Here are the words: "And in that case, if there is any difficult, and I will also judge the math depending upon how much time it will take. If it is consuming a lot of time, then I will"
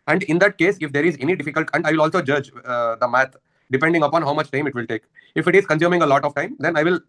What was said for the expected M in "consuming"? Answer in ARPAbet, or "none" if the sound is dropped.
M